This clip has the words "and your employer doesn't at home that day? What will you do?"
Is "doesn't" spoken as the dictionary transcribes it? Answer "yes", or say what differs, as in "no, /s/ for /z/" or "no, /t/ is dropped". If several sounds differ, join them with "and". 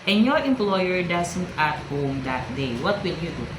no, /s/ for /z/